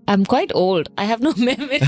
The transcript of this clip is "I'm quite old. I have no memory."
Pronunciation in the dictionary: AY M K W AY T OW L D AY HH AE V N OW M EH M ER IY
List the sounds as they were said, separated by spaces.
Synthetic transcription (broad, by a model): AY M K W AY T OW L D AY HH AE V N OW M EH M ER